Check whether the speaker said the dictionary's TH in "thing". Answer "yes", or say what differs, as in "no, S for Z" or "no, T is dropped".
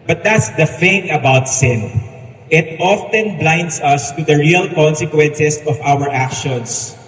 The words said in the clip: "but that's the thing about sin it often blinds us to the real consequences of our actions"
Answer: no, F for TH